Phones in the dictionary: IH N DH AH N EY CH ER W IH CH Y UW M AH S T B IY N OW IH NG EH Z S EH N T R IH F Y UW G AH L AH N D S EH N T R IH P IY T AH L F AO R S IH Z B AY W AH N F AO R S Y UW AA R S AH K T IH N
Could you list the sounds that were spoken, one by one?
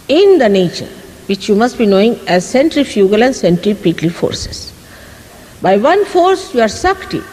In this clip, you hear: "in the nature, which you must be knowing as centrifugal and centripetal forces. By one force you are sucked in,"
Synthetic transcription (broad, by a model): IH N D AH N EY CH ER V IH CH Y UW M AH S T B IY N OW IH NG EH Z S EH N T R IH F Y UW G AH L AH N D S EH N T R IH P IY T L F AO R S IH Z B AY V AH N F AO R S Y UW AA R S AH K T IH